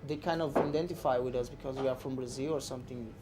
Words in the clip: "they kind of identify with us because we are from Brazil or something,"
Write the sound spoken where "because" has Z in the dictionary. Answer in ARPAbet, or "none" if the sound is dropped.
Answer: Z